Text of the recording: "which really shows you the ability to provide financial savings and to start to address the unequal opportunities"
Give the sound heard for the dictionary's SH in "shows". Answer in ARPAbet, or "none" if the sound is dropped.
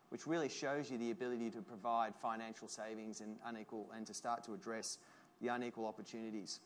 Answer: SH